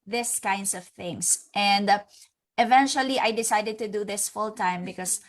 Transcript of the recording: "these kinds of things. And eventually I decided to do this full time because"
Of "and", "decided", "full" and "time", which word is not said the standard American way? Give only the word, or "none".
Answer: none